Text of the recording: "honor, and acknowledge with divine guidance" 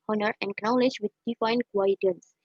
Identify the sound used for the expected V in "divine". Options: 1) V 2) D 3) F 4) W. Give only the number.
3